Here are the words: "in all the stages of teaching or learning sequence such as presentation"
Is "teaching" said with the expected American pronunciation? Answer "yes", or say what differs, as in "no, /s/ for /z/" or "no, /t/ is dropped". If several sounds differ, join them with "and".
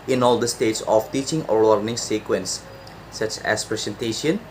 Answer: yes